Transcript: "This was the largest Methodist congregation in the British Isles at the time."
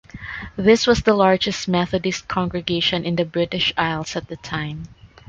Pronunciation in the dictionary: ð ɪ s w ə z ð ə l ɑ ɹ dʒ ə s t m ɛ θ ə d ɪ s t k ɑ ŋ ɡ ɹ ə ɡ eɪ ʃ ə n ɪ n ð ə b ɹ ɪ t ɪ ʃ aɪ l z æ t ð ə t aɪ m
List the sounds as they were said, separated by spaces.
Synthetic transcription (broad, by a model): ð ɪ s w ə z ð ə l ɑ ɹ dʒ ə s t m ɛ θ ə d ɪ s t k ɑ ŋ ɡ ɹ ə ɡ eɪ ʃ ə n ɪ n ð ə b ɹ ɪ t ɪ ʃ aɪ l s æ t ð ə t aɪ m